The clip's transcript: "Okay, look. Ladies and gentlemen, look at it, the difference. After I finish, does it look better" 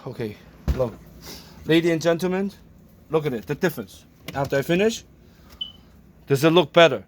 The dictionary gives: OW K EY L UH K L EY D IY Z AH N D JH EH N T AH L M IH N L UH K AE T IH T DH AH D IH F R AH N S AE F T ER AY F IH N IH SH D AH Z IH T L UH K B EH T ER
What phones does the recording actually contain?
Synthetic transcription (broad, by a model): OW K EY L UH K L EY D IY AH N JH EH N T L M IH N L UH K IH T IH T DH AH D IH F R AH N S AE F T ER AY F IH N IH SH D AH Z IH T L UH K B EH T ER